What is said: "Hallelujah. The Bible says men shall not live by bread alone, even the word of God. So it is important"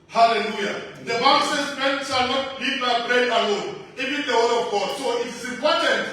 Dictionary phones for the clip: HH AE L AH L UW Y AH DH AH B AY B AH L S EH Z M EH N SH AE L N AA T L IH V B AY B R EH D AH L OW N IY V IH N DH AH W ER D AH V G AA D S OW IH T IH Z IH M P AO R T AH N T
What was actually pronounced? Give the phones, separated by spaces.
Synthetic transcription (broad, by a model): HH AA L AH L UW Y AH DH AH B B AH N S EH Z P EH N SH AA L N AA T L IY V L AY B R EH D AH L OW N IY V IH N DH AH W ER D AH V G AA D S OW IH T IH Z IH M P AO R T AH N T